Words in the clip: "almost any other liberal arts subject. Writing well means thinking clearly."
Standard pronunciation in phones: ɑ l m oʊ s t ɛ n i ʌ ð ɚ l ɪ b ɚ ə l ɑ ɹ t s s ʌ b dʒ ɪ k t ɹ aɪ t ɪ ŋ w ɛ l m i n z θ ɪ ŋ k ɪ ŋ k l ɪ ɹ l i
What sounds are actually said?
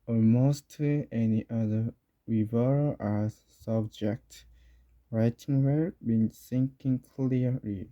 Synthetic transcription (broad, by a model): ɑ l m oʊ s t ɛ n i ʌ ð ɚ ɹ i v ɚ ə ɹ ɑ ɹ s s ʌ b dʒ ɪ k t ɹ aɪ t ɪ ŋ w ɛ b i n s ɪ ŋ k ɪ ŋ k l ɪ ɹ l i